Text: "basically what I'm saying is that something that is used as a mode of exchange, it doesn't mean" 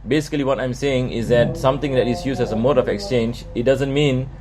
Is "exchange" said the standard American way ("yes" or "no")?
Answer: yes